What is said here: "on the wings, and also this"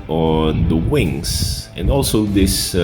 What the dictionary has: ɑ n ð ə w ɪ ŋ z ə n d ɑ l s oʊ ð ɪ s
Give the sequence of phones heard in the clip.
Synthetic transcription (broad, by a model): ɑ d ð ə w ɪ ŋ s ə n d ɑ l s oʊ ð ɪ s